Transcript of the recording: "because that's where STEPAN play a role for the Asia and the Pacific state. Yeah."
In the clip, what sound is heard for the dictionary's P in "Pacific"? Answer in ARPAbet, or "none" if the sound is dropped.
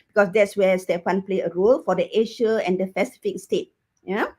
F